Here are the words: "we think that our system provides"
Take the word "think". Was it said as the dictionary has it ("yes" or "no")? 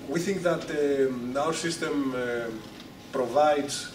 yes